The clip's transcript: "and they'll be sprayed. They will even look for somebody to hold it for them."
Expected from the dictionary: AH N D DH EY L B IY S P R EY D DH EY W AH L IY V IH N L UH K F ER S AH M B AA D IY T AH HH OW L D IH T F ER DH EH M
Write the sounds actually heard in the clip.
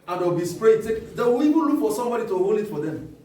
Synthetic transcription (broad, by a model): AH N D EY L B IY S P R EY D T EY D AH W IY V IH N L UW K F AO S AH M B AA D IY T AH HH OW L IH T F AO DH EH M